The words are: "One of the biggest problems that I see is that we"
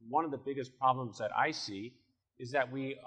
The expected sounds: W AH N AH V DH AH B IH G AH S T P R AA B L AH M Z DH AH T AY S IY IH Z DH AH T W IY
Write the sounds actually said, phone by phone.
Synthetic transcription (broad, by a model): W AH N AH V DH AH B IH G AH S P R AA B L AH M Z DH AH T AY S IY IH Z DH AH T W IY